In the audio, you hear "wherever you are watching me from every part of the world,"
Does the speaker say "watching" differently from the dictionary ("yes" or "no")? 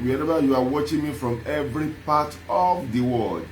no